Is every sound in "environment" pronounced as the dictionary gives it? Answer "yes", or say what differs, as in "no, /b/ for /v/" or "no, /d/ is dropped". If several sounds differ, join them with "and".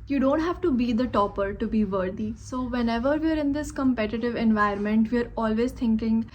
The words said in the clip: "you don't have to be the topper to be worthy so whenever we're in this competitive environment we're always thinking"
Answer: no, /ɹ/ is dropped